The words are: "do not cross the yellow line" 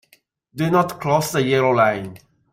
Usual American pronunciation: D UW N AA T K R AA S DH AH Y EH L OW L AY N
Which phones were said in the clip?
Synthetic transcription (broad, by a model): D UW N AA T K L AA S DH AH Y EH L OW L AY N